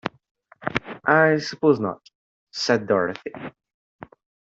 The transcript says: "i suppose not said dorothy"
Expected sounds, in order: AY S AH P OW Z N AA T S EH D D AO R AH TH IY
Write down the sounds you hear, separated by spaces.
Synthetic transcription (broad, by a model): AY S AH P OW Z N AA T S EH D D AO R AH TH IY